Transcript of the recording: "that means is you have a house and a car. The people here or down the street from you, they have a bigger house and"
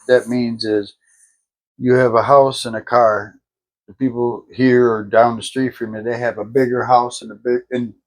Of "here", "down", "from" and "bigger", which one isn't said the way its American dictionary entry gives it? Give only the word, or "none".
none